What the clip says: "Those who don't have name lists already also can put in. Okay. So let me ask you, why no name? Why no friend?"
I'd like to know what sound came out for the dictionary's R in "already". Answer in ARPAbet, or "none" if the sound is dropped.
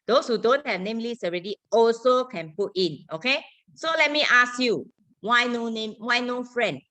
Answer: R